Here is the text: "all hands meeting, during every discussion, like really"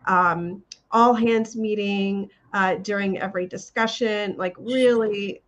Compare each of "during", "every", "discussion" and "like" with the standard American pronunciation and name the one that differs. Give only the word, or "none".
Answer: none